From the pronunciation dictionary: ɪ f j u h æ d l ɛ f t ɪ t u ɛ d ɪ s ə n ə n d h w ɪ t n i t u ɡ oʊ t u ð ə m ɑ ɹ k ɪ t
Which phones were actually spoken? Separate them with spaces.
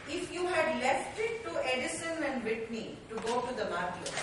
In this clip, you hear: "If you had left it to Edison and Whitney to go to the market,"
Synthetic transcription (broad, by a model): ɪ f j u h æ d l ɛ f t ɪ t u ɛ d ɪ s ə n ə n d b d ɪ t n i t u ɡ oʊ t u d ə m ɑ ɹ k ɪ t